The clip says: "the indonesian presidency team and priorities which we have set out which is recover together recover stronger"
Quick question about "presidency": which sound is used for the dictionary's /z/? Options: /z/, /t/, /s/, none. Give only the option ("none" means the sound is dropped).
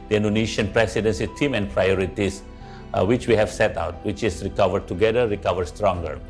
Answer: /s/